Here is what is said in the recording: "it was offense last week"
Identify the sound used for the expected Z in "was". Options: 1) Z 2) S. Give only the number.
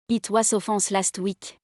2